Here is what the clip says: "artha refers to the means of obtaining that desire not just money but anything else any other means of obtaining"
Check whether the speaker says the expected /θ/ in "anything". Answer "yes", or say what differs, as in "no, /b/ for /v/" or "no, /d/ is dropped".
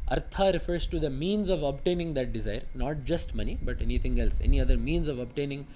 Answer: no, /t/ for /θ/